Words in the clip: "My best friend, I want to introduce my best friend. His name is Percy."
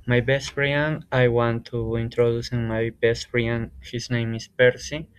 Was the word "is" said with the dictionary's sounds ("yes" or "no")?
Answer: no